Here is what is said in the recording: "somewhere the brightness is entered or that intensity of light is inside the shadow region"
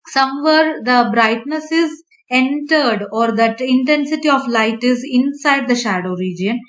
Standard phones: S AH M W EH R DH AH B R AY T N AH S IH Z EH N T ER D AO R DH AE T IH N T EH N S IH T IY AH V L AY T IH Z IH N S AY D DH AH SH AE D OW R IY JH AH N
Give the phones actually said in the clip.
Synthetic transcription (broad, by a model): S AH M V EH R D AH B R AY T N AH S IH Z EH N T ER D AO R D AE T IH N T EH N S IH T IY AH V L AY T IH Z IH N S AY D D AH SH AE D OW R IY JH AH N